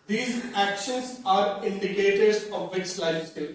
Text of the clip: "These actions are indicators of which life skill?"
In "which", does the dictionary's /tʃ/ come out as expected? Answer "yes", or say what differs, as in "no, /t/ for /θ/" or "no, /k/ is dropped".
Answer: no, /s/ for /tʃ/